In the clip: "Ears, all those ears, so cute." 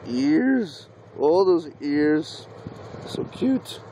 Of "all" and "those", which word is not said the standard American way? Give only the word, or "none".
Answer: none